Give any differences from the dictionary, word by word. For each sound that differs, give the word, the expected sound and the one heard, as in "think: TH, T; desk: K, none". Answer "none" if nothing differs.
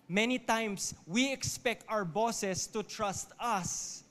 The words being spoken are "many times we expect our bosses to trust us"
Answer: times: Z, S; bosses: Z, S